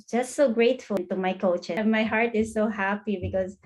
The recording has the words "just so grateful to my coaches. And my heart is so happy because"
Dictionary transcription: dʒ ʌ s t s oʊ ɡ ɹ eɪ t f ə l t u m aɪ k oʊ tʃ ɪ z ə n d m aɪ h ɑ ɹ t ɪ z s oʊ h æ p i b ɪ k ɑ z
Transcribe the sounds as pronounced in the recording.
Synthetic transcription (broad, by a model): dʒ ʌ s t s oʊ ɡ ɹ eɪ t f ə n t u m aɪ k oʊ ɪ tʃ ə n m aɪ h ɑ ɹ t ɪ z s oʊ h æ p i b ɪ k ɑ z